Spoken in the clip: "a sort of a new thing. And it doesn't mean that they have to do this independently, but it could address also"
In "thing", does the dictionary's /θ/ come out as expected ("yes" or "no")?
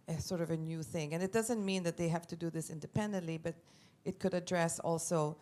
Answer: yes